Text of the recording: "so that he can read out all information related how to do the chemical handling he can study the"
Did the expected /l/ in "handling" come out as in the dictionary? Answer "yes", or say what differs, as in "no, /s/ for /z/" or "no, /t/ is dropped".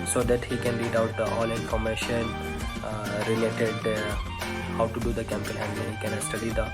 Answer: no, /l/ is dropped